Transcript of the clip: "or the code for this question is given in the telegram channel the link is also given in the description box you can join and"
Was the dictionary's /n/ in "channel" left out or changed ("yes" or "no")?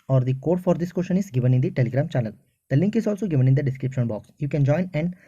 yes